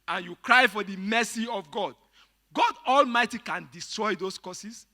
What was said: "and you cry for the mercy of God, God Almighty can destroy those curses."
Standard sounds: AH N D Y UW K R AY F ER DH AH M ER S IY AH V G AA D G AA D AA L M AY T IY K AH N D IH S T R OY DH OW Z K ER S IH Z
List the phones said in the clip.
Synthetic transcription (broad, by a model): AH N Y UW K R AY F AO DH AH M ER S IY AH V G AA D G AA D AA L M AY T IY K AH N D IH S T R OY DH OW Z K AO S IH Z